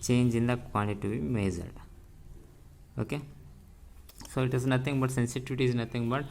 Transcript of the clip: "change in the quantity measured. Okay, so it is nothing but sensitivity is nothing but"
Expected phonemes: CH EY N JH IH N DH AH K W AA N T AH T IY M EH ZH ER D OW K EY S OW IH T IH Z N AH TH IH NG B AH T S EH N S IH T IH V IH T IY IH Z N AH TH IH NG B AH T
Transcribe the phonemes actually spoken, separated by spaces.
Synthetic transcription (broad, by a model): CH EY N JH IH N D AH K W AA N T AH T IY M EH Z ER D OW K EY S OW IH T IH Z N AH T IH NG B AH T S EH N S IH T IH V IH T IY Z N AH T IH NG B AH T